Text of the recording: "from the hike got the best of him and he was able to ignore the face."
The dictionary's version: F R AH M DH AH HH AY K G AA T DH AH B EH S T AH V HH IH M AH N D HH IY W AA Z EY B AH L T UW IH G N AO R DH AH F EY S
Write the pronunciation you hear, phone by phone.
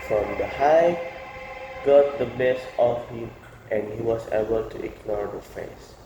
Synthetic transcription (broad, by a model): F R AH M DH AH HH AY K G AA T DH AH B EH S AH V HH IH M AH N D HH IY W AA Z EY B AH L T UW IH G N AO R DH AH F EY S